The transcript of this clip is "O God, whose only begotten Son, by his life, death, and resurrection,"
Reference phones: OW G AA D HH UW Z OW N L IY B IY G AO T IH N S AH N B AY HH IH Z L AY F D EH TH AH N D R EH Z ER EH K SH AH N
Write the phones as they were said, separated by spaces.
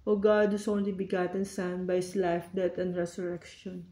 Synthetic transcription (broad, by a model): OW G AA D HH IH S OW N L IY B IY G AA T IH N S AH N B AY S L AY F D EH T AH N D R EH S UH EH K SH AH N